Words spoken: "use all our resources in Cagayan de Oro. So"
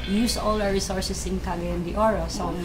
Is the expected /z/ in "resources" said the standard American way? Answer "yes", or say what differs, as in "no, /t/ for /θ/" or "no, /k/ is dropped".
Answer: no, /s/ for /z/